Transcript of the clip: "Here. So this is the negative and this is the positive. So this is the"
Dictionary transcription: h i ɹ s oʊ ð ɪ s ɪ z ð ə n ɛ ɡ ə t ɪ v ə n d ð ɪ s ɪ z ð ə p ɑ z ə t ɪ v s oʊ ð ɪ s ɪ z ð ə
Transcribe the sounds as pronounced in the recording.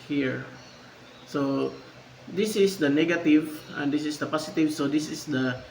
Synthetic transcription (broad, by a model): h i ɹ s oʊ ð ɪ s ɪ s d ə n ɛ ɡ ə t ɪ v ə n d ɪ s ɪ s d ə p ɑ s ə t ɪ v s oʊ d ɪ s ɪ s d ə